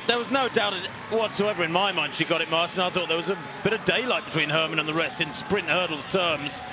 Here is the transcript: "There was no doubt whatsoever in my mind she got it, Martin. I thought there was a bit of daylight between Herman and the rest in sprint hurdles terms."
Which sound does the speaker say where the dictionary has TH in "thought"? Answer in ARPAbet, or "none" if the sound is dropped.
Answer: TH